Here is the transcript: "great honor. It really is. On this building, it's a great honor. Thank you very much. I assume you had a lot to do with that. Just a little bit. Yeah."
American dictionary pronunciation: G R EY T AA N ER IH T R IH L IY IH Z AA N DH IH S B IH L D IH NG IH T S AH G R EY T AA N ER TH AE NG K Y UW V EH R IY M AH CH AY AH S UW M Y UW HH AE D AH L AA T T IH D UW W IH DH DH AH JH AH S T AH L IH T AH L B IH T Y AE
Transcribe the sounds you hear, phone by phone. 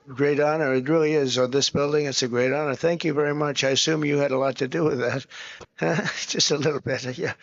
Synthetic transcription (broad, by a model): G R EY T AA N ER IH T R IH L IY IH Z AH DH IH S B IH L D IH NG IH T S AH G R EY T AA N ER TH AE NG K Y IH V EH R IY M AH CH AY AH S UW M Y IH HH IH D AH L AA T T IH D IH W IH DH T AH JH AH S T AH L IH T L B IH T Y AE